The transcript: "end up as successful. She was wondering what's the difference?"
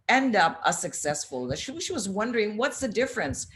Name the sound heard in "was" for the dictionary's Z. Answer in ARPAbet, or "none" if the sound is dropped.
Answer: Z